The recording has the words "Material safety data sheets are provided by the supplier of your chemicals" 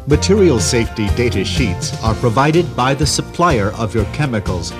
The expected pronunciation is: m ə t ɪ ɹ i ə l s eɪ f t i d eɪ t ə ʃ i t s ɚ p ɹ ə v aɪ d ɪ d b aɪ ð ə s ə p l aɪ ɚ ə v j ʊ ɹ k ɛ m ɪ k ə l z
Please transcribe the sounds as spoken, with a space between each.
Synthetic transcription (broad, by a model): m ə t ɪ ɹ i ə l s eɪ f t i d eɪ t ə ʃ i t s ɚ p ɹ ə v aɪ d ɪ d b aɪ ð ə s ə p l aɪ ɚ ə v j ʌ ɹ k ɛ m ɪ k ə l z